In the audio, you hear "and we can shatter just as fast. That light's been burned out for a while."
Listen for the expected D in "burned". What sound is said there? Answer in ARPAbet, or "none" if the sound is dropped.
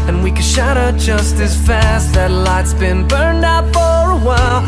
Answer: D